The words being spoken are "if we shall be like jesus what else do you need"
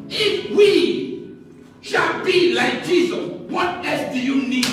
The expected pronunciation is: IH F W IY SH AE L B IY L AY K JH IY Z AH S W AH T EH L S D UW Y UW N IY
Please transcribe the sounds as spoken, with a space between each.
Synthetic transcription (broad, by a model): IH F W IY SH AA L B IY L AY K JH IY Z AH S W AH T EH S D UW Y UW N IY